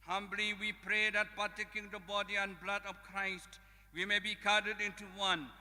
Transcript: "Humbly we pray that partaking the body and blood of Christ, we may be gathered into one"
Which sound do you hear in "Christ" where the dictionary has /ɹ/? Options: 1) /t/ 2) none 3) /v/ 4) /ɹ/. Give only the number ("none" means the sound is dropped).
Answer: 4